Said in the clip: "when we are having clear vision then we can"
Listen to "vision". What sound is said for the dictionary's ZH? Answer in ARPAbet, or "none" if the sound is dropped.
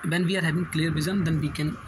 Z